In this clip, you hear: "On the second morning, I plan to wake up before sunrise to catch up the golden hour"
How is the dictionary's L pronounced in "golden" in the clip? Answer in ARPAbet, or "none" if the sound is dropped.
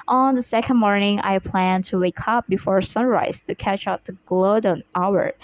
none